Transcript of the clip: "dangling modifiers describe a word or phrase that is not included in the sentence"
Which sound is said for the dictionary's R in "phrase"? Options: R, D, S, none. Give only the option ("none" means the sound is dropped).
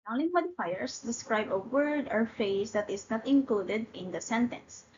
none